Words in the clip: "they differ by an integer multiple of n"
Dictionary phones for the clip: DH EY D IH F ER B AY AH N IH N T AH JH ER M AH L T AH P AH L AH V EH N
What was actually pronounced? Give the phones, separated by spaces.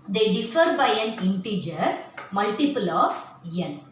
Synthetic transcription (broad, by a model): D EY D IH F ER B AY AH N IH N T AH JH ER M AH L T AH P AH L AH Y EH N